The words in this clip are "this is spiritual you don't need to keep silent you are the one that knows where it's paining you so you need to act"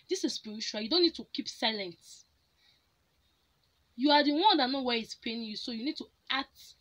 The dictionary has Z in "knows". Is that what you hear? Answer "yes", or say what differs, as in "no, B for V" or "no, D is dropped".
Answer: no, Z is dropped